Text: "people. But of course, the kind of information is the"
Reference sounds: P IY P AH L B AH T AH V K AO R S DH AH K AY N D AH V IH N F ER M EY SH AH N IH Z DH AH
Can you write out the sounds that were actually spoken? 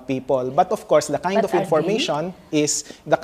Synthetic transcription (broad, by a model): P IY P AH L B AH T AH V K AO R S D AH K AY D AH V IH N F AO M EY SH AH N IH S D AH